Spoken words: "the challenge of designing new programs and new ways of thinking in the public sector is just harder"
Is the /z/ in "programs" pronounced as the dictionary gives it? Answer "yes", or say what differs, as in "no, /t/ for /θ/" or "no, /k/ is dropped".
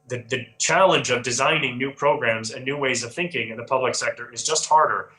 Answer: yes